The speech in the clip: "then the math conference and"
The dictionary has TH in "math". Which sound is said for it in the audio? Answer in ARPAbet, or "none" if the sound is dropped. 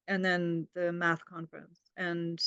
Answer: TH